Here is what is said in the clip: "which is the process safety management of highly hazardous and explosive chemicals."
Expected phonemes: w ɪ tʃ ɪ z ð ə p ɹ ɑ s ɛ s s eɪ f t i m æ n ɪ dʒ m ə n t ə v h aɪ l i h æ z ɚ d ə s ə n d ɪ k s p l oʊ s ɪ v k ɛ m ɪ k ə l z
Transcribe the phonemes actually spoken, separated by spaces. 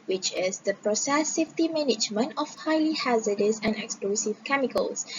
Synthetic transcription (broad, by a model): w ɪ tʃ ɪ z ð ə p ɹ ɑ s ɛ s s eɪ f t i m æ n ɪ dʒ m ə n ə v h aɪ l i h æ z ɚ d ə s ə n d ɪ k s p l oʊ s ɪ v k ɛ m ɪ k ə l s